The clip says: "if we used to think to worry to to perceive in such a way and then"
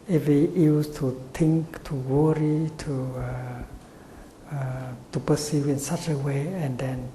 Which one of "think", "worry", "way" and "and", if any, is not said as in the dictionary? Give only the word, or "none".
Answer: think